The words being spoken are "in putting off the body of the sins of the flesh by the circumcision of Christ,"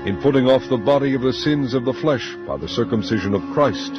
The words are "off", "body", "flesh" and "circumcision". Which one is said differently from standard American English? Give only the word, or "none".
none